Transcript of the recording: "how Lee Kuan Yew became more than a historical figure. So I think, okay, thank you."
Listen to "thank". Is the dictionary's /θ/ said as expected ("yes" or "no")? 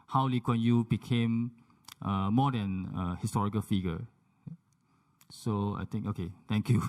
no